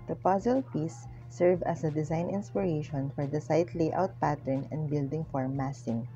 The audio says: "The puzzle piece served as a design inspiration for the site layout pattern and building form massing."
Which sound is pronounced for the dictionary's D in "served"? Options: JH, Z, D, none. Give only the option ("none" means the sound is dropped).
none